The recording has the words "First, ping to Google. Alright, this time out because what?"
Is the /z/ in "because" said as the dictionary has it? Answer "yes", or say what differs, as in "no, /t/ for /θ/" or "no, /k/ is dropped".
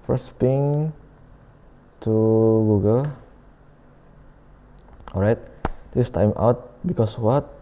no, /s/ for /z/